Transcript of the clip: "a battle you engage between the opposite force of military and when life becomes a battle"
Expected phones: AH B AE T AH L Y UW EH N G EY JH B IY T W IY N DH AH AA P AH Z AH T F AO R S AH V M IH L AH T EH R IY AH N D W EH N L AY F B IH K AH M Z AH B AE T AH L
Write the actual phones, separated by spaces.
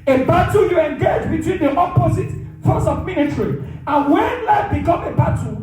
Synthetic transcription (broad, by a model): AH B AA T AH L Y UW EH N G EY JH B IY T W IY N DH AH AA P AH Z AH T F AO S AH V M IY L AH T R IY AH N W EH N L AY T B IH K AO M AH B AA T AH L